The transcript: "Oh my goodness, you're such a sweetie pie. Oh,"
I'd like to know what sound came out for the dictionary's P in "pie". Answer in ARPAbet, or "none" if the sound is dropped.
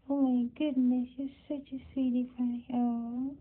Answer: F